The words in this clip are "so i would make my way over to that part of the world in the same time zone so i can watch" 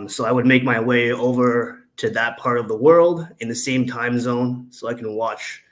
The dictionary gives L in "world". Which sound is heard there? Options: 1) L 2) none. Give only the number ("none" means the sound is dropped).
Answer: 1